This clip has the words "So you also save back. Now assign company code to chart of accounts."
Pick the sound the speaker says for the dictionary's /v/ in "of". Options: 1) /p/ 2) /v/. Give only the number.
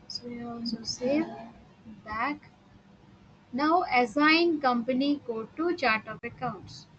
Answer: 1